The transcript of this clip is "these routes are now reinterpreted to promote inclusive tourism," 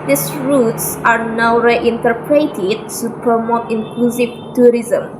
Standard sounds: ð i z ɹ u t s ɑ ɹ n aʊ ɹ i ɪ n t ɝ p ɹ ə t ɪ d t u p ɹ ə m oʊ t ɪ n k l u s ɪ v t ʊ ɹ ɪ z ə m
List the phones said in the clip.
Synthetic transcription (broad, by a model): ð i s ɹ u t s ɑ ɹ n aʊ ɹ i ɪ n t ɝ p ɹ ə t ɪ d t u p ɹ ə m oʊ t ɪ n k l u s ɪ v t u ɹ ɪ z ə m